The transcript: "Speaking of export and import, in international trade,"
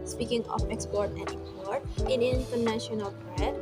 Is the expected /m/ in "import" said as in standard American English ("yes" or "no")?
no